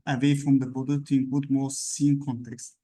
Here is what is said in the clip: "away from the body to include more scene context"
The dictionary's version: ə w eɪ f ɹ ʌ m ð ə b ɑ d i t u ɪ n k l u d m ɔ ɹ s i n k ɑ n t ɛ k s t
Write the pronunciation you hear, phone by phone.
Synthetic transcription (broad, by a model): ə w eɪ f ɹ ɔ m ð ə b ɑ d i t u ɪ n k u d m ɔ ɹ s i n k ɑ n t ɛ k s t